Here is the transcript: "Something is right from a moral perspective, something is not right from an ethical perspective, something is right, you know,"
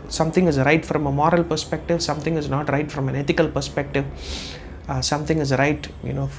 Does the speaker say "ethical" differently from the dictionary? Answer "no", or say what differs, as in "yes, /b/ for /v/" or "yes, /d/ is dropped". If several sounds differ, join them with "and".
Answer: yes, /t/ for /θ/